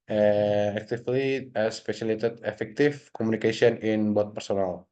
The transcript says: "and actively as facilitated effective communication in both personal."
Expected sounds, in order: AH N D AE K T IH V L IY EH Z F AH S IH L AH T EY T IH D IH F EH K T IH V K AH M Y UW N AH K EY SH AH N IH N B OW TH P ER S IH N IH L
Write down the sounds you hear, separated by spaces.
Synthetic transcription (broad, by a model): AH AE K T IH F L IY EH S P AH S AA L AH T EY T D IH F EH K T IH F K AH M UW N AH K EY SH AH N IH N B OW T P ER S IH N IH L